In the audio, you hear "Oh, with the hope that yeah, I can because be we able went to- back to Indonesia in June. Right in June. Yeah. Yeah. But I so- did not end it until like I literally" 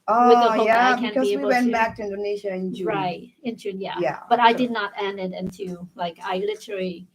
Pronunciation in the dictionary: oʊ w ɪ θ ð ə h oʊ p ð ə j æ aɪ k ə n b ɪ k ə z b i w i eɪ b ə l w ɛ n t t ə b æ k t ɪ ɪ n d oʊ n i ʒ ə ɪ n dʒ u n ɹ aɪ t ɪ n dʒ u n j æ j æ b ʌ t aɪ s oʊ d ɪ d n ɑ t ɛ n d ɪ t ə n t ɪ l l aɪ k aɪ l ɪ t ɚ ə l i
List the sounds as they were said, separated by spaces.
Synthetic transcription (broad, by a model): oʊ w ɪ ð ə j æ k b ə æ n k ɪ ə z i w i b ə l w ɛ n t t b æ k t ɪ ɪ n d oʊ n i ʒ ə ɪ n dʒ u ɹ aɪ t ɪ n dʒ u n j æ j æ b ʌ t aɪ d ɪ d n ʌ t ɛ n d ɪ t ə n t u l l aɪ k aɪ l ɪ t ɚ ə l i